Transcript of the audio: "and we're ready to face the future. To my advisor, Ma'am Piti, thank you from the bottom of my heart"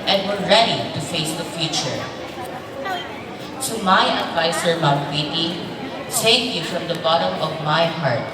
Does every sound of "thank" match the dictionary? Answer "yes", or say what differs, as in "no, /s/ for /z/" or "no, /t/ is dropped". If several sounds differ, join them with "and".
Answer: no, /s/ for /θ/